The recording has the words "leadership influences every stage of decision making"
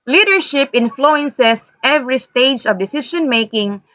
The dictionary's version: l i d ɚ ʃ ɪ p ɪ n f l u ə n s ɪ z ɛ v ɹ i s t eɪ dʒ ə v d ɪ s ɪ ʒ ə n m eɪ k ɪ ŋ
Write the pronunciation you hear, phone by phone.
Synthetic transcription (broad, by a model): l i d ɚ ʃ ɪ p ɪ n f l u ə n s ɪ s ɛ v ɹ i s t eɪ dʒ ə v d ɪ s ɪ ʃ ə n m eɪ k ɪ ŋ